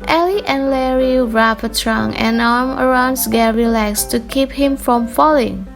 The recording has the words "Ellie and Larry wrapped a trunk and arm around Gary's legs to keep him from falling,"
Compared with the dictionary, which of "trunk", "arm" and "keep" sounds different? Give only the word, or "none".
trunk